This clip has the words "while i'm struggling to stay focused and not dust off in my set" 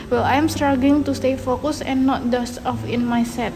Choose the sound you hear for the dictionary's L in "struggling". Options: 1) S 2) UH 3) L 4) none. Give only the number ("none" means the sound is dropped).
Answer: 4